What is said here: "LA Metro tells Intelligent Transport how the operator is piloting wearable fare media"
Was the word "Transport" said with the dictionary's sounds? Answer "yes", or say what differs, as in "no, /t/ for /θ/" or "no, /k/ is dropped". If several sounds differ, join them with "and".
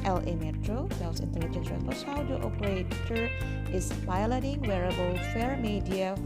no, /n/ is dropped